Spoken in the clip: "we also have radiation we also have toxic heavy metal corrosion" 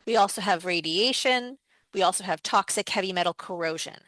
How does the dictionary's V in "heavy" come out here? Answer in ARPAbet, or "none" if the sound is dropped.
V